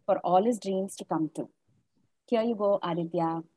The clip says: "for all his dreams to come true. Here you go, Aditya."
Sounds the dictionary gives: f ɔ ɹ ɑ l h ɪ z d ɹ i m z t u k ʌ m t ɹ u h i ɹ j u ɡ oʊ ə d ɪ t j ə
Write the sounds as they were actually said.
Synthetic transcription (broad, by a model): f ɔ ɹ ɑ l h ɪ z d ɹ i m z t u k ʌ m t u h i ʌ j u ɡ oʊ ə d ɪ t j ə